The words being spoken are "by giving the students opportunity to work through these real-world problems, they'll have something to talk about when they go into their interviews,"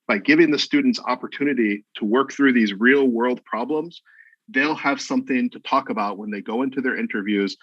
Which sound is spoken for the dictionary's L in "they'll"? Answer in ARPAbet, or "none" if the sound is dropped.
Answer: L